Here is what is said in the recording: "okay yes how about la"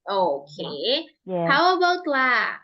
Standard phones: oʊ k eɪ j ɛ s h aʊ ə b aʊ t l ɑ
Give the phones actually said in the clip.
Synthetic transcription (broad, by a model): oʊ k eɪ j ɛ h aʊ ə b aʊ t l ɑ